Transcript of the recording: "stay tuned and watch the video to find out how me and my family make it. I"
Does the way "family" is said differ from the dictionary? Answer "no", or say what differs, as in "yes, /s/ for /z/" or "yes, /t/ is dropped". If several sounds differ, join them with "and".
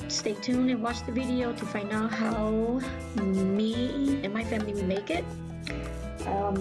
yes, /w/ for /l/